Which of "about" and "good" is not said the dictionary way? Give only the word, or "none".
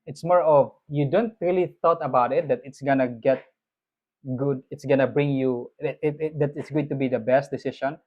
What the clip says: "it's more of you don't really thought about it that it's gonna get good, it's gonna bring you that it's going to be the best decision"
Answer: none